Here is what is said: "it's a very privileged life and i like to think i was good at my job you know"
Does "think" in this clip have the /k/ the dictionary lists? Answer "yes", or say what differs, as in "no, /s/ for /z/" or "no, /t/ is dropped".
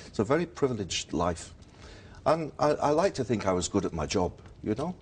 yes